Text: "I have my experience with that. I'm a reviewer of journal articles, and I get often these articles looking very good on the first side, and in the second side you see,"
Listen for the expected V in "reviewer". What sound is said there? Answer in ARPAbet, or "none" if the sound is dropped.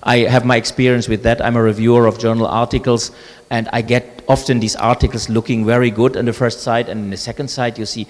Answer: V